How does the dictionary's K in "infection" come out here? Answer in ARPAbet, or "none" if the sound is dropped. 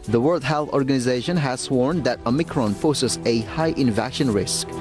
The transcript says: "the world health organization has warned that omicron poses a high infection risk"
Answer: none